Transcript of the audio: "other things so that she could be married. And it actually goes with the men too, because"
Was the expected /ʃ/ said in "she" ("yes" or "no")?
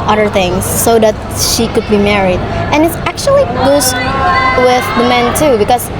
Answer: yes